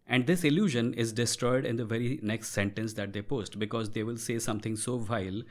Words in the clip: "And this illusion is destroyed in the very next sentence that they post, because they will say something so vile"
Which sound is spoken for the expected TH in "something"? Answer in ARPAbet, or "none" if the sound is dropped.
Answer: T